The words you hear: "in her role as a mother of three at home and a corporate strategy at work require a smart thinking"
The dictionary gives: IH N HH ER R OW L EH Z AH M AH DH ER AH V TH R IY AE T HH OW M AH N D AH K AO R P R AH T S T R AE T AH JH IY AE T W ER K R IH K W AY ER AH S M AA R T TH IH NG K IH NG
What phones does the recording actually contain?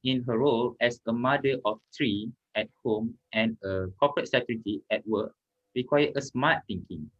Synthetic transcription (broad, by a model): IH N HH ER R OW L EH S AH M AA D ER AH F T R IY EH T HH OW M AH N AH K AO P R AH T S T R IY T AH IY T W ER K R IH K W AY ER AH S M AA T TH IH NG K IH NG